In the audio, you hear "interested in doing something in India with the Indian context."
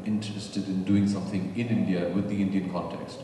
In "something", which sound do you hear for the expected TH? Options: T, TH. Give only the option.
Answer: TH